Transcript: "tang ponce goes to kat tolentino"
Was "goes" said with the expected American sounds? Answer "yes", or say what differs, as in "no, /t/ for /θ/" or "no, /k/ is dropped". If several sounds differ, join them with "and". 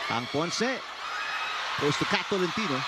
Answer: no, /s/ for /z/